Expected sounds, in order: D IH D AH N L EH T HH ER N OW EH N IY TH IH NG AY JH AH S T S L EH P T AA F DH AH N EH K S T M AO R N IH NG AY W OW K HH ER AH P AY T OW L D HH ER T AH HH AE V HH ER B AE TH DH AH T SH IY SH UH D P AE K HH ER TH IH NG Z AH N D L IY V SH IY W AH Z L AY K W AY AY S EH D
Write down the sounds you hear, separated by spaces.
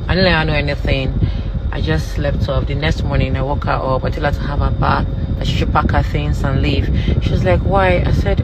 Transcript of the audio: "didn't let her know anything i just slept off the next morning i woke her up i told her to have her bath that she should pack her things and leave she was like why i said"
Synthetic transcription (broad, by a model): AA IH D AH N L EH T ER N OW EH N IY TH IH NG AY JH AH S T L EH F T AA P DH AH N EH K S T M AO R N IH NG AY W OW K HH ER AH P AY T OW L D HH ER T AH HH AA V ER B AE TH DH AH T SH IY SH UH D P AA K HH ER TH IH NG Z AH N L IY V SH IY W AH Z L AY K W AY AY S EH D